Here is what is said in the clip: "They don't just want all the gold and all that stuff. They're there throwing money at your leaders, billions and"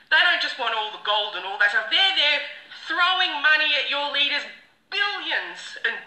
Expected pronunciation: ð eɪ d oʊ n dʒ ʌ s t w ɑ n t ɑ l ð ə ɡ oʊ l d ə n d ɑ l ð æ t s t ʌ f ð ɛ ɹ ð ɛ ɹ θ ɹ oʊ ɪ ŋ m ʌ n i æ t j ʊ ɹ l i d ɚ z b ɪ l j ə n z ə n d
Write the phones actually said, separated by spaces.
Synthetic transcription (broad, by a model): ð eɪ d oʊ n dʒ ʌ s t w ɑ n t ɑ l ð ə ɡ oʊ l d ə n ɑ l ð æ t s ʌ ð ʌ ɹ ð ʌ ɹ θ ɹ oʊ ɪ ŋ m ʌ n i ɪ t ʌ ɹ l i d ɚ z b ɪ l j ə n z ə n